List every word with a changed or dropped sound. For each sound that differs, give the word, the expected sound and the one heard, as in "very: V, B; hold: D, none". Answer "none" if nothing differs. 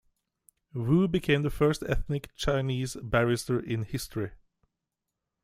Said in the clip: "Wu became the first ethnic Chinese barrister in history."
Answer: none